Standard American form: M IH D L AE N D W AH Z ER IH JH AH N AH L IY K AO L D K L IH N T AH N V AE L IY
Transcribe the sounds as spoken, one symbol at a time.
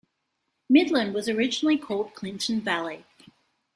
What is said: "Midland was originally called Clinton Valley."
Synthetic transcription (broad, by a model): M IH D L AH N D W AH Z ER IH JH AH N L IY K AO L D K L IH N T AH N V AE L IY